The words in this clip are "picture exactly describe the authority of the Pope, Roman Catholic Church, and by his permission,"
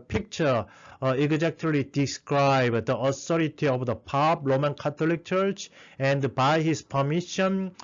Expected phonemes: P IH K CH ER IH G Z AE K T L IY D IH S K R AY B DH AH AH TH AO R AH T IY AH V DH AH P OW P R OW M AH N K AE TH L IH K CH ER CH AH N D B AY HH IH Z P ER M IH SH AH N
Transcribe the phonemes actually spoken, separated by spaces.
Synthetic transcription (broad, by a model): P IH K CH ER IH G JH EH K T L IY D IH S K R AY B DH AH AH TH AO R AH T IY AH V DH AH P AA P R OW M AH N K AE T L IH K CH ER CH AH N D B AY HH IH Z P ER M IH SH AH N